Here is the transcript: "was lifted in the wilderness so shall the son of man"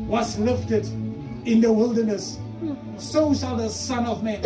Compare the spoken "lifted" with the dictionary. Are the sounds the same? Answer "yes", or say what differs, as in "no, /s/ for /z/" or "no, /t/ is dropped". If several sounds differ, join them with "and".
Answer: yes